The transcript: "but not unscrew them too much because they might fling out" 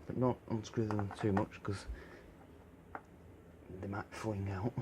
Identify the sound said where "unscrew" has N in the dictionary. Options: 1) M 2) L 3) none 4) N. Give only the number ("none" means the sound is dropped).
4